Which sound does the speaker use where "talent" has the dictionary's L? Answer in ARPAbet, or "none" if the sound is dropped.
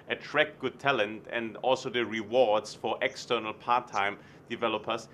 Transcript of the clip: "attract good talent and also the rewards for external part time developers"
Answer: L